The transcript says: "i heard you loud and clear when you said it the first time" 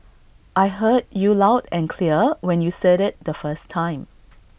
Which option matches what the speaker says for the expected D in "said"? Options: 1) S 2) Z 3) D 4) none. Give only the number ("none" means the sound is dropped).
3